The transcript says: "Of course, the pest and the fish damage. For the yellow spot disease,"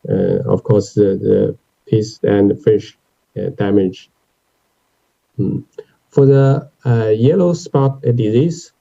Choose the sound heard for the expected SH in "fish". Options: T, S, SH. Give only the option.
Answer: SH